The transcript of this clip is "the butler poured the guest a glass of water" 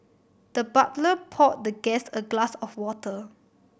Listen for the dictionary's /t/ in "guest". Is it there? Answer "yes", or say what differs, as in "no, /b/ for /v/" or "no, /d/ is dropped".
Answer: no, /t/ is dropped